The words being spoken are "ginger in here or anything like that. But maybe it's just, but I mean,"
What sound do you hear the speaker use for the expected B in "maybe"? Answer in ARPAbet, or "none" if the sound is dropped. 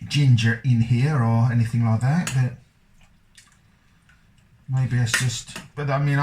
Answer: B